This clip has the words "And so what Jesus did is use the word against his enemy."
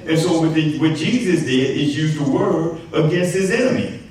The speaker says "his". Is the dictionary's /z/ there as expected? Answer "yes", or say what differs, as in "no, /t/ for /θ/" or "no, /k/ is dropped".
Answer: yes